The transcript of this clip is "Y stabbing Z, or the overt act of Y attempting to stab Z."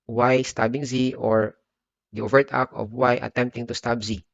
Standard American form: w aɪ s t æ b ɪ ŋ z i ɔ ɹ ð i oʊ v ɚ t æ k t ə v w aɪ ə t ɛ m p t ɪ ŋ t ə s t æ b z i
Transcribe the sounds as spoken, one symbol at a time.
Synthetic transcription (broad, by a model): w aɪ s t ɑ b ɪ ŋ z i ɔ ɹ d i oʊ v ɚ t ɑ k ə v w aɪ ə t ɛ m p t ɪ ŋ t ə s t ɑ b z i